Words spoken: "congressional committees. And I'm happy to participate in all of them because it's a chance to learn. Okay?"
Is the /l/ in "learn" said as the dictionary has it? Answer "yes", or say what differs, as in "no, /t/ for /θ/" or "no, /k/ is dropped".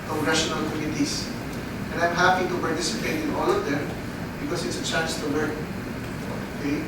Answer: no, /w/ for /l/